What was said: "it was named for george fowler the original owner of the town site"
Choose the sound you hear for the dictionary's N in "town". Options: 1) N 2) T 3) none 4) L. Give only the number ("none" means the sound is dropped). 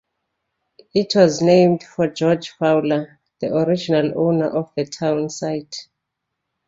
1